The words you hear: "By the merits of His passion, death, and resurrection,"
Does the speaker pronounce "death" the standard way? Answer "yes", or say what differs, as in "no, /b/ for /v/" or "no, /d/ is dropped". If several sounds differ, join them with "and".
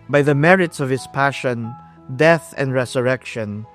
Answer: yes